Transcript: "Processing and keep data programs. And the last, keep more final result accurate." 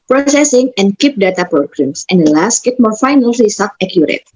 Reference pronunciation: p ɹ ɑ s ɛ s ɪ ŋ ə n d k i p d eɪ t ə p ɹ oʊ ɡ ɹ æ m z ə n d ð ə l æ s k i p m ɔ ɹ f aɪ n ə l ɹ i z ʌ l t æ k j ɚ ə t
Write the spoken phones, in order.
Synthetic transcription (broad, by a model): p ɹ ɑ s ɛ s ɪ ŋ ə n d k i p d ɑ t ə p ɹ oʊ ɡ ɹ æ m s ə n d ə l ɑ s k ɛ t m ɔ ɹ f aɪ n ə l l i s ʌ t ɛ k j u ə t